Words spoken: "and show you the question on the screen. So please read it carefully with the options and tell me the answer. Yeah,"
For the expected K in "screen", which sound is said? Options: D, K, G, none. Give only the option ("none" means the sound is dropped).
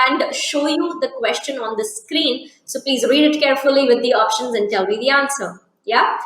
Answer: K